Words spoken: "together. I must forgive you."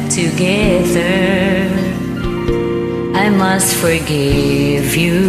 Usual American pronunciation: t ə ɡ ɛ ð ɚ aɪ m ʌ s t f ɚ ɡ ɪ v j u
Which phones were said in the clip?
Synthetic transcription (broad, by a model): t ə ɡ ɛ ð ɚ aɪ m ʌ s t f ɚ ɡ ɪ v j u